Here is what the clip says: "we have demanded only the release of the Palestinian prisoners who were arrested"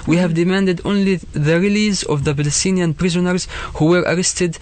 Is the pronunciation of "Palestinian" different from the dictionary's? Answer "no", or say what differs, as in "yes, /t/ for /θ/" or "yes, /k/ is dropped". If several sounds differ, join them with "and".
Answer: yes, /b/ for /p/